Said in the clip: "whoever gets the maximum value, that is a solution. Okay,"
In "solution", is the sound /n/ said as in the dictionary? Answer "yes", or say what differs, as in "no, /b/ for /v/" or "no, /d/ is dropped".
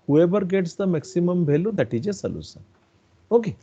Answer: no, /n/ is dropped